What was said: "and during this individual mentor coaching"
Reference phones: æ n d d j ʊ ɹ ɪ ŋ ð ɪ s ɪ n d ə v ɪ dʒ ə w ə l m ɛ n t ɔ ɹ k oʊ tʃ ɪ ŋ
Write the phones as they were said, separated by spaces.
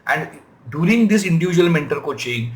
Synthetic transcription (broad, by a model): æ n d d j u ɹ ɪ ŋ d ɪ s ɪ n d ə v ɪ dʒ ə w ə l m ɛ n t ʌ l k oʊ tʃ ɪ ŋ